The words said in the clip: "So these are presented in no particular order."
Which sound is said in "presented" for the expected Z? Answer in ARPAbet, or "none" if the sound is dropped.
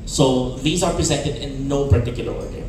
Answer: Z